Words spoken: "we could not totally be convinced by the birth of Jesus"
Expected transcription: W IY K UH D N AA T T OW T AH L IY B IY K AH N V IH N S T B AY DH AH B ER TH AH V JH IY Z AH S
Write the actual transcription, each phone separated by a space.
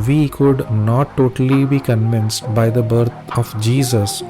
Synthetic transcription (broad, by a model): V IY K UH D N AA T T OW T AH L IY B IY K AH N V IH N S T B AY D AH B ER T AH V JH IY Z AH S